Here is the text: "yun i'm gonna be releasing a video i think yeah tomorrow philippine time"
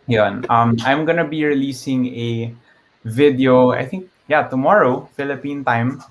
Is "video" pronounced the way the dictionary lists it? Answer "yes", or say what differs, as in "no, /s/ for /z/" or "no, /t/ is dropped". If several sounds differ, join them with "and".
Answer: yes